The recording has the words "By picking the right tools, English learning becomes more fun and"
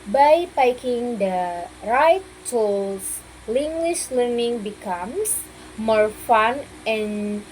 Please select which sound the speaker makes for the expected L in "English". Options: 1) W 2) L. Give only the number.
1